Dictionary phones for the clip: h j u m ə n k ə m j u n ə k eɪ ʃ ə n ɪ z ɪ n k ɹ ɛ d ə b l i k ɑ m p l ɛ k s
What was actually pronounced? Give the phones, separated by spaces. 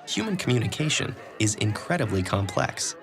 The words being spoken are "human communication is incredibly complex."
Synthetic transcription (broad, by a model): h j u m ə n k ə m j u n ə k eɪ ʃ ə n ɪ z ɪ n k ɹ ɛ d ə b l i k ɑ m p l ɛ k s